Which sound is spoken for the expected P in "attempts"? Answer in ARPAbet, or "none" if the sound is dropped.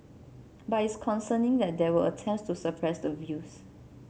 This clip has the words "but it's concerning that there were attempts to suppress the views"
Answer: none